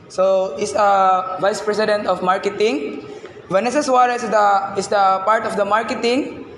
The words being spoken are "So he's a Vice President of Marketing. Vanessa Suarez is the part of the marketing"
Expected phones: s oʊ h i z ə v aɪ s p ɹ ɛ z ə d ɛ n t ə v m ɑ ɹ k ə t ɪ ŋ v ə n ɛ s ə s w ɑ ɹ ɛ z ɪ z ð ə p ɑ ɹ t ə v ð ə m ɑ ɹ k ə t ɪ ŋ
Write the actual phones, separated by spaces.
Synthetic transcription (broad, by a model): s oʊ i s ə v aɪ s p ɹ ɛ s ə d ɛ n t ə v m ɑ ɹ k ə t ɪ ŋ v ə n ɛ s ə s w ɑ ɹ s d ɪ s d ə p ɑ ɹ t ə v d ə m ɑ ɹ k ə t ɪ ŋ